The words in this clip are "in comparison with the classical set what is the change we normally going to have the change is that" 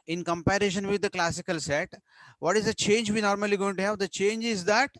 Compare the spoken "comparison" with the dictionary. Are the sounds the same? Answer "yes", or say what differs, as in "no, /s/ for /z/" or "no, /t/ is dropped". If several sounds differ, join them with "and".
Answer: no, /ʃ/ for /s/